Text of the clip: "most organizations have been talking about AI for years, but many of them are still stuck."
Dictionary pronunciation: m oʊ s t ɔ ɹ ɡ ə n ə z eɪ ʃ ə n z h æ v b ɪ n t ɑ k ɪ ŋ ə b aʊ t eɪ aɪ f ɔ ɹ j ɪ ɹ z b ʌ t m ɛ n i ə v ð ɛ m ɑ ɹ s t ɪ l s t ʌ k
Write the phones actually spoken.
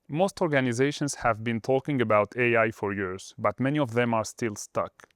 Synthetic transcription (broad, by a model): m oʊ s t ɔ ɹ ɡ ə n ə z eɪ ʃ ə n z h æ v b ɪ n t ɑ k ɪ ŋ ə b aʊ t eɪ aɪ f ɔ ɹ j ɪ ɹ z b ʌ t m ɛ n i ə v ð ɛ m ɑ ɹ s t ɪ l s t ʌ k